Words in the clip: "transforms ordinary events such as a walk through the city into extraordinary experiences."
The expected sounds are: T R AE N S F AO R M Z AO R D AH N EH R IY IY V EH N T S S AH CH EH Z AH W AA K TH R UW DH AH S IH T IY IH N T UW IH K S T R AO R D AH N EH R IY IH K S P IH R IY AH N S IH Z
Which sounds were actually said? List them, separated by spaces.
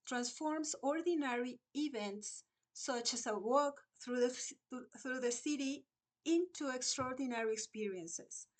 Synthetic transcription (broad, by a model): T R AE N S F AO R M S AO R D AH N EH R IY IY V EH N T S S AH CH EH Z AH W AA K TH R UW DH AH S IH T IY IH N T UW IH K S T R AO R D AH N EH R IY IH K S P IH R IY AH N S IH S